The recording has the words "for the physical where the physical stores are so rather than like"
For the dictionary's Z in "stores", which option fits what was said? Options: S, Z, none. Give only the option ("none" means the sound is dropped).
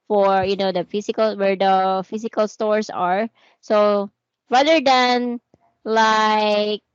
S